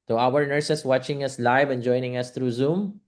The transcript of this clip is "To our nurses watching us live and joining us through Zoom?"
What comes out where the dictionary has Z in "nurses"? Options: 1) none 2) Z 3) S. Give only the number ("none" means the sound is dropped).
3